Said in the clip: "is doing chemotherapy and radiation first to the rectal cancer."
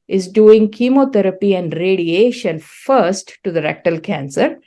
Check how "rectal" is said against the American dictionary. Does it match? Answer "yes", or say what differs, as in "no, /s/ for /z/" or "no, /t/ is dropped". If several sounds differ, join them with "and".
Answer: yes